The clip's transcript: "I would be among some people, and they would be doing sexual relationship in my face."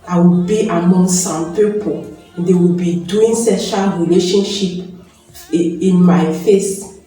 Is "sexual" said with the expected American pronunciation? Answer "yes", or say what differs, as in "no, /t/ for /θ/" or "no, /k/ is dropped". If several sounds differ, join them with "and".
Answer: no, /k/ is dropped